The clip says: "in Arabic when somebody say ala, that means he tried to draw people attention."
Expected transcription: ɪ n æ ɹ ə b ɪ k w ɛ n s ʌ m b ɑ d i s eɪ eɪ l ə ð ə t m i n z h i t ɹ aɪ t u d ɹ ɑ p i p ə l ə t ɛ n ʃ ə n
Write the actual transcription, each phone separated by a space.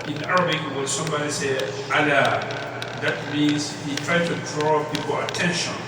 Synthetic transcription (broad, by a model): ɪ n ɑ ɹ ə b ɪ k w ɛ l s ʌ m b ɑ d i s eɪ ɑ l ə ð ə t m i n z h i t ɹ aɪ t u d ɹ ɑ p i p ə l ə t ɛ n ʃ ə n